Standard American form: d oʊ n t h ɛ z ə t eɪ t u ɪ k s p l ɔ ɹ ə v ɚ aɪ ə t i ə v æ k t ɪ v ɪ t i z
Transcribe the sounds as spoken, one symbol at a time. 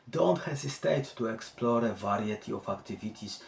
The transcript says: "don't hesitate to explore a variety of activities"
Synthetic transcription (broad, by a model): d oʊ n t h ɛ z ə t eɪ t u ɪ k s p l ɔ ɹ ə v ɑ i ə t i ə f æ k t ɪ v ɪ t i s